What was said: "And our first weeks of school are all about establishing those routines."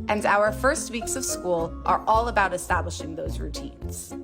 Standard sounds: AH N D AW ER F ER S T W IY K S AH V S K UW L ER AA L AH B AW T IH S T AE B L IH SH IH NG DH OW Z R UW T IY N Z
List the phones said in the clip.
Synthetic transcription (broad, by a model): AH N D AW ER F ER S T W IY K S AH V S K UW L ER AA L AH B AW T IH S T AE B L IH SH IH NG DH OW Z R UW T IY N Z